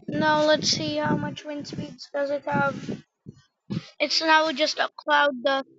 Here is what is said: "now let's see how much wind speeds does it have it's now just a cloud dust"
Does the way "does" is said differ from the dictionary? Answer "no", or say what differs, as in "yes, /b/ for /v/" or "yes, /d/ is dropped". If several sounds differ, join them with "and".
no